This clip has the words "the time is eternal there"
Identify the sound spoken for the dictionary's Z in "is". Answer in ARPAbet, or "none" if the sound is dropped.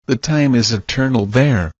Z